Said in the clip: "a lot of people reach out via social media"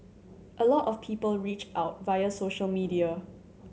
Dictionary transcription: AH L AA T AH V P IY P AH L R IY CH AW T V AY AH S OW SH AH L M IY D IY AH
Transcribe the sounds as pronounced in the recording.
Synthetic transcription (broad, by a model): AH L AA T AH F P IY P AH L R IY CH AW T V AY AH S OW SH AH L M IY D IY AH